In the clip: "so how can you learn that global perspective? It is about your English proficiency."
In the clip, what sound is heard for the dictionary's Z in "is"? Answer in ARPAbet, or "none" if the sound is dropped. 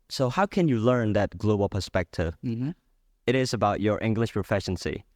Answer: Z